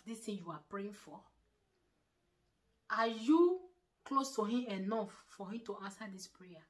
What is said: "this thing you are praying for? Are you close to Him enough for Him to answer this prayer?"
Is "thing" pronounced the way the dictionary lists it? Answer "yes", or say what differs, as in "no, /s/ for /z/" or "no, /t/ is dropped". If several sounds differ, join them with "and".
no, /t/ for /θ/